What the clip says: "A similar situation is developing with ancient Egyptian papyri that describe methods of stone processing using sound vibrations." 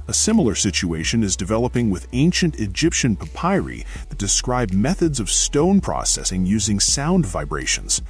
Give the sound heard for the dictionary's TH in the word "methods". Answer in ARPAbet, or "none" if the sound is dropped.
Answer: TH